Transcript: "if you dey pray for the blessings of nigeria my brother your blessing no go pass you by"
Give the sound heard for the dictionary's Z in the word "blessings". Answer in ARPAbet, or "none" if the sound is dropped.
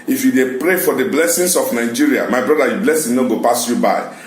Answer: S